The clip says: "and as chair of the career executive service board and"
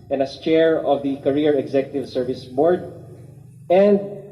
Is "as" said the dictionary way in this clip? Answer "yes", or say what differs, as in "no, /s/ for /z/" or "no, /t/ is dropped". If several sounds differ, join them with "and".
no, /s/ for /z/